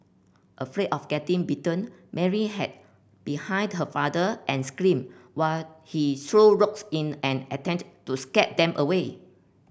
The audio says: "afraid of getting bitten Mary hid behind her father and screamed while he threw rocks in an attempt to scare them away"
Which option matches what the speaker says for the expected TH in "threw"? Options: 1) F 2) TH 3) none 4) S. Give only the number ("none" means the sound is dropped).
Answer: 4